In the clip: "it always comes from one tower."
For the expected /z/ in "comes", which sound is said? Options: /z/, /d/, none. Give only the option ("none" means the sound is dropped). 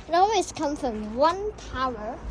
none